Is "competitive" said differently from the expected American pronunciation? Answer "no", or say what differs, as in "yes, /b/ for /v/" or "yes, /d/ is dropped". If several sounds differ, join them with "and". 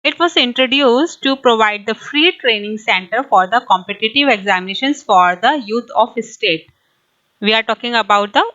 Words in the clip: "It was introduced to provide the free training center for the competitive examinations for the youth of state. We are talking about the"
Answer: no